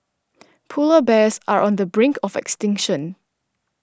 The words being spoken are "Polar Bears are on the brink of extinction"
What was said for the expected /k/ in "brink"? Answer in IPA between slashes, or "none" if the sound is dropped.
/k/